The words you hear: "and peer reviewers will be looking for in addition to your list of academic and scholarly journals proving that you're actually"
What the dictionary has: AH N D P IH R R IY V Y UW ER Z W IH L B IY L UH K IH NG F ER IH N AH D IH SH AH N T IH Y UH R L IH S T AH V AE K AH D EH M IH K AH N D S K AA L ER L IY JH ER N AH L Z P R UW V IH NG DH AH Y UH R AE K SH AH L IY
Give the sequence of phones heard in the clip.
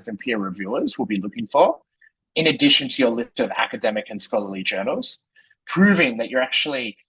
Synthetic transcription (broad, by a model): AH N P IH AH R IY V Y UW ER Z W IH L B IY L UH K IH NG F ER IH N AH D IH SH AH N T IH Y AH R L IH S T AH V AE K AH D EH M IH K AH N S K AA L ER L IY JH ER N L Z P R UW V IH NG DH AH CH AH R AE K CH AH L IY